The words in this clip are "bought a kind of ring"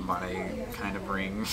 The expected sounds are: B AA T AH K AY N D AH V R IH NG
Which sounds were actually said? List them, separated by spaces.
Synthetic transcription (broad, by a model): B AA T AH K AY N D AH B R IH NG